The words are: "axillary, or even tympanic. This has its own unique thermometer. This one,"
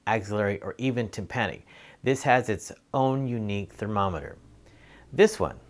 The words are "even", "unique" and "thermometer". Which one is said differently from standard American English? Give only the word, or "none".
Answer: none